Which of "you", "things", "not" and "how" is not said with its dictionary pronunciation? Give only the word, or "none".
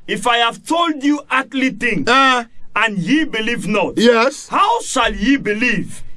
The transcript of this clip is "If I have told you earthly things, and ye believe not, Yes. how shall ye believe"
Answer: things